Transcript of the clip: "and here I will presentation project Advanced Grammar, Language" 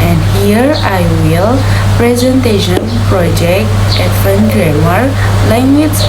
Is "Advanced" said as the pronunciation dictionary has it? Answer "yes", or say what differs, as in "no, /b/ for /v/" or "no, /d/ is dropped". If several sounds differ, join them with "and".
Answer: no, /s/ is dropped